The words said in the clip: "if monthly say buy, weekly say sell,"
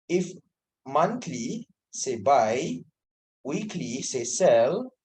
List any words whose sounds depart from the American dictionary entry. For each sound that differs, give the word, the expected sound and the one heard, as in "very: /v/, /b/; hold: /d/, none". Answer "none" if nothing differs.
monthly: /θ/, /t/